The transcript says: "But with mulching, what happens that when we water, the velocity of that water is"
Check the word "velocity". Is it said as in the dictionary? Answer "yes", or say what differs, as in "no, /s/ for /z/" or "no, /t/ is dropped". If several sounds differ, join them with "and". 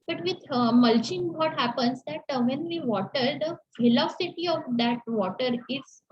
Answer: no, /f/ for /v/